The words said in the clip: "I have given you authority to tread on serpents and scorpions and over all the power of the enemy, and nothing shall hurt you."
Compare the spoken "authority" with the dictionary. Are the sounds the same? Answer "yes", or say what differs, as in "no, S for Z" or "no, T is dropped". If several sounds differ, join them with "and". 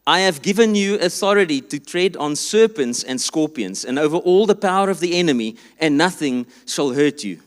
yes